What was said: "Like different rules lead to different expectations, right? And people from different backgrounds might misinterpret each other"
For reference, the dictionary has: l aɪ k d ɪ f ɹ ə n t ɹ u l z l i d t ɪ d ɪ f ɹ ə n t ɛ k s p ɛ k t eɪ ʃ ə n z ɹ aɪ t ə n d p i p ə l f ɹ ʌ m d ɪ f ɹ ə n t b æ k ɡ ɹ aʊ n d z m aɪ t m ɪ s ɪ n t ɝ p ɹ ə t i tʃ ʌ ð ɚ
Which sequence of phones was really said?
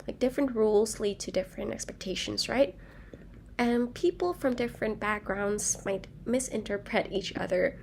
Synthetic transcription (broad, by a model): l aɪ k d ɪ f ɹ ə n t ɹ u l z l i d t ɪ d ɪ f ɹ ə n t ɛ k s p ɛ k t eɪ ʃ ə n z ɹ aɪ t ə n p i p l f ɹ ʌ m d ɪ f ɹ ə n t b æ k ɡ ɹ aʊ n d z m aɪ t m ɪ s ɪ n t ɝ p ɹ ə t i tʃ ʌ ð ɚ